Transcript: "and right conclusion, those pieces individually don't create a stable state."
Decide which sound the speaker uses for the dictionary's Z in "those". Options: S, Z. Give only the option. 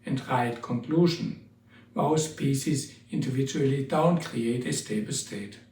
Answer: S